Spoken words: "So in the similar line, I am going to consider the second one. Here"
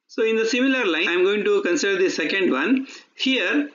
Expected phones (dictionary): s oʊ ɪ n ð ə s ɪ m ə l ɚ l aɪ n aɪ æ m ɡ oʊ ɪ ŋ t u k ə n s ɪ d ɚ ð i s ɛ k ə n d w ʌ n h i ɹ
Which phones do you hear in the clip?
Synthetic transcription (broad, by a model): s oʊ ɪ n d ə s ɪ m ə l ɚ l aɪ ɪ m ɡ oʊ ɪ ŋ t u k ə n s ɪ d ɚ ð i s ɛ k ə n d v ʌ n h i ɹ